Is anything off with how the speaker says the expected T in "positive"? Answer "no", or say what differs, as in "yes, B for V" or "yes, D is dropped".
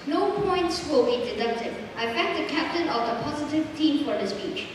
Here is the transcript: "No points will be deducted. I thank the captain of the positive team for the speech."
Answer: no